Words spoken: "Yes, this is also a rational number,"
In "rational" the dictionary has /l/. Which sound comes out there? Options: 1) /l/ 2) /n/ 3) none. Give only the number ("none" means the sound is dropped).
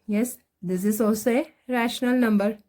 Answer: 1